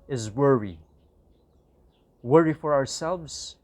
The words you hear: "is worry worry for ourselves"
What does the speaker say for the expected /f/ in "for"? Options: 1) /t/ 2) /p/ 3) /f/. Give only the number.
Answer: 3